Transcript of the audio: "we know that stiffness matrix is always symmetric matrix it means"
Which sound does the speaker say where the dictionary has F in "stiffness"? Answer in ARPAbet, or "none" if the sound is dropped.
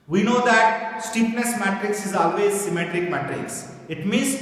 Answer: P